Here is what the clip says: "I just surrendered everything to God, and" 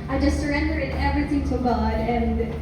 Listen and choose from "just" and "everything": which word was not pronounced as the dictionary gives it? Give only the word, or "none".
none